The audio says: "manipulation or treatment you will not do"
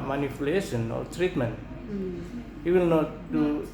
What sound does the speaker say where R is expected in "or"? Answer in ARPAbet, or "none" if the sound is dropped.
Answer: L